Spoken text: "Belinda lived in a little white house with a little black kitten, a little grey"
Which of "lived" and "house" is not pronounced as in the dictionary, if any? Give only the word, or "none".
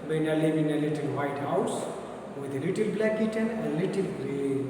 lived